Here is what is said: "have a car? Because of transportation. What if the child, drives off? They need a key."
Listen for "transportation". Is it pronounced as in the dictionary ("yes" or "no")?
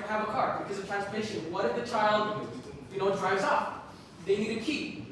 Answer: no